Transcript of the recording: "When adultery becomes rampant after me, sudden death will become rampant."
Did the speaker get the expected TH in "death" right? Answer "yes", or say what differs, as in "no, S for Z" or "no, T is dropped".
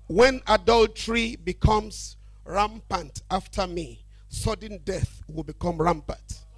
yes